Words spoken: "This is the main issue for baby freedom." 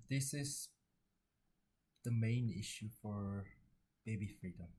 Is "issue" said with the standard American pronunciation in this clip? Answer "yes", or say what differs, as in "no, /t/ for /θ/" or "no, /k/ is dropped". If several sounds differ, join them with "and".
yes